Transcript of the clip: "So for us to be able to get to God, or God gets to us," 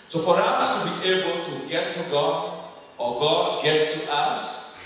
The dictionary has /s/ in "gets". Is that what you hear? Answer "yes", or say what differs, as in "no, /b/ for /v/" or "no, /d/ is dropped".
no, /s/ is dropped